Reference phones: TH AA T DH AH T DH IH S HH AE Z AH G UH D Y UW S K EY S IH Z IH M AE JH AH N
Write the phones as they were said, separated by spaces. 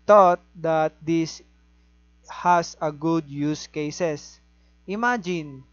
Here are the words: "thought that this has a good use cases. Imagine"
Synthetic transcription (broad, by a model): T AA T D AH T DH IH S HH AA S AH G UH D Y UW S K EY S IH S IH M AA JH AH N